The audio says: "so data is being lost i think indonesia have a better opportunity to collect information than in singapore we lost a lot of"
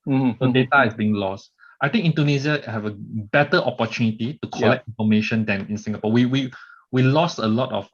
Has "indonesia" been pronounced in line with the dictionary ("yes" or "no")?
no